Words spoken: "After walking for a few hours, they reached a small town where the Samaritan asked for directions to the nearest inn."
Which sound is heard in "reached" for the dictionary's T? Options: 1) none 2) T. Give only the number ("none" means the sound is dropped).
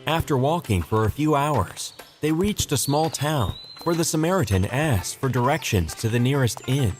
2